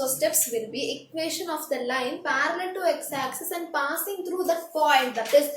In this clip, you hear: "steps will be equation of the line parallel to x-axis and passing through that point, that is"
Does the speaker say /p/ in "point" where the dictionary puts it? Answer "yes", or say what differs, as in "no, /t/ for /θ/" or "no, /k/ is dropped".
no, /f/ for /p/